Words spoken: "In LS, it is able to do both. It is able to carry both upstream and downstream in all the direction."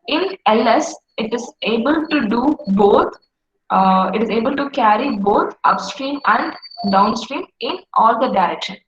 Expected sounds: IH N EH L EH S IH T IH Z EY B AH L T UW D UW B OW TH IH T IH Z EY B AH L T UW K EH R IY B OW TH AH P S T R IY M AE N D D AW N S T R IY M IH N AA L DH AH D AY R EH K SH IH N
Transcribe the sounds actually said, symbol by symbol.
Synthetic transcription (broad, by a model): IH N EH L EH S IH T IH Z EY B AH L T UW D UW B OW T IH T IH Z EY B AH L T UW K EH R IY B OW T AH P S T R IY M AE N D D AW N S T R IY M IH N AA L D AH D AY R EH K SH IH N